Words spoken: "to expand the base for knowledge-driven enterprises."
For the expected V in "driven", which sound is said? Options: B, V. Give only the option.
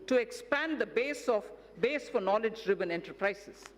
B